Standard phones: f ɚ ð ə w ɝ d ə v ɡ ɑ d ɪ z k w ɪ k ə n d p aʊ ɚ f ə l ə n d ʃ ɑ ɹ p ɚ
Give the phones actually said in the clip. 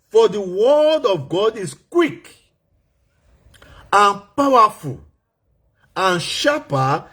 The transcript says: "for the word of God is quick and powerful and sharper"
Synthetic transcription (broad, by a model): f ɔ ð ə w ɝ d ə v ɡ ɑ d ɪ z k w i k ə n p aʊ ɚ f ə l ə n ʃ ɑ p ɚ